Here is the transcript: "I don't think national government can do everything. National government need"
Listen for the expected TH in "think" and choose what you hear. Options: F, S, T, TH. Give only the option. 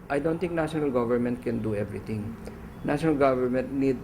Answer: T